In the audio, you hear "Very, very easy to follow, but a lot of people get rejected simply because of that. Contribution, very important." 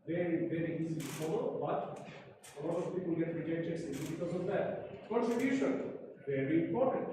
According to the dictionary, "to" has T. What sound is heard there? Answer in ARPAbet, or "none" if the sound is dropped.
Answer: S